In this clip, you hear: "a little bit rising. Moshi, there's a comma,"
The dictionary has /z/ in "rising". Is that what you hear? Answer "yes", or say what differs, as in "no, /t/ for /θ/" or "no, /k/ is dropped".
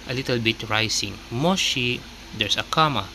no, /s/ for /z/